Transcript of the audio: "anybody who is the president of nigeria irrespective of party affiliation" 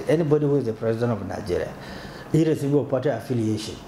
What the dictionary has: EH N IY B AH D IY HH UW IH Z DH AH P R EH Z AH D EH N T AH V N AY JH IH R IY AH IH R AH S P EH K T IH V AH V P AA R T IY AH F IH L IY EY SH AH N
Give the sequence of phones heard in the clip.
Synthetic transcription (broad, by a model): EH N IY B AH D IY HH UW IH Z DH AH P R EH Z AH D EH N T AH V N AY JH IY R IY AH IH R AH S IY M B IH AH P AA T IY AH F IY L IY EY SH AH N